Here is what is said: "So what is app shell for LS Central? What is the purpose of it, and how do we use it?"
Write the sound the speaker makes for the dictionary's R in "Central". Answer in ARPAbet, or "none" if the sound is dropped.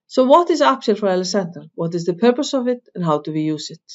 none